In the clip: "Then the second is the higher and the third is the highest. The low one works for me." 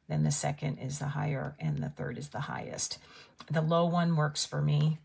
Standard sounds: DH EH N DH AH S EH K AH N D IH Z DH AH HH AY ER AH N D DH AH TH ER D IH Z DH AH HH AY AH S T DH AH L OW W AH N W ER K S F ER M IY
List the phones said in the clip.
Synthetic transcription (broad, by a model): DH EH N DH AH S EH K AH N D IH Z DH AH HH AY ER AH N DH AH TH ER D IH Z DH AH HH AY AH S T DH AH L OW W AH N W ER K S F ER M IY